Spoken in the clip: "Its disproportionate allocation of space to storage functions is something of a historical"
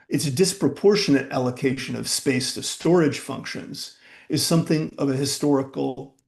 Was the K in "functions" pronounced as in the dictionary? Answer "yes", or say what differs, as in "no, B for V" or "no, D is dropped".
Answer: yes